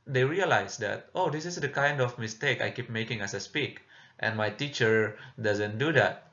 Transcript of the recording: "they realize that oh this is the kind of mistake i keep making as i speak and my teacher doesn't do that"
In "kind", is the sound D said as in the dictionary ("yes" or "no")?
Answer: yes